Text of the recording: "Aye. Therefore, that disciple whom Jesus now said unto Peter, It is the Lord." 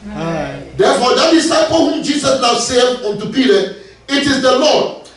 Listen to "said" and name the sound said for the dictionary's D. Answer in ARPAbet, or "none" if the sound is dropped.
none